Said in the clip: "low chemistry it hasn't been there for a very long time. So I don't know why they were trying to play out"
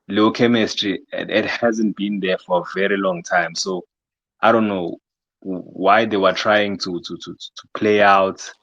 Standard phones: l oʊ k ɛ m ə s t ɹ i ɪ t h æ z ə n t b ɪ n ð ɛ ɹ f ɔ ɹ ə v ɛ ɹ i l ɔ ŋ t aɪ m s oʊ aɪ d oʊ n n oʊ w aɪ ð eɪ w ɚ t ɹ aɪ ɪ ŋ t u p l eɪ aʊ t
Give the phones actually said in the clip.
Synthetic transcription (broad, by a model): l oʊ k ɛ m ə s t ɹ i ɪ t h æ z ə n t b ɪ n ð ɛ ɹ f ɔ ɹ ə v ɛ ɹ i l ɔ ŋ t aɪ m s oʊ aɪ d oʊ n n oʊ w aɪ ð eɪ w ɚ t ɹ aɪ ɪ ŋ t u p l eɪ aʊ t